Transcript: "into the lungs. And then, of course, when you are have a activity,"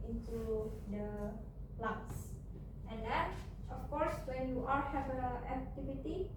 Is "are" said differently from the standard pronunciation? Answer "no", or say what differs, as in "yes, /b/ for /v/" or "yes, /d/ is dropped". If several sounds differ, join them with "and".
yes, /l/ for /ɹ/